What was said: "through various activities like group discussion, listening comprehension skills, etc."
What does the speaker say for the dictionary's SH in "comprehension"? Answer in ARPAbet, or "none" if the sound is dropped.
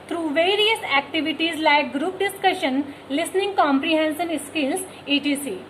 S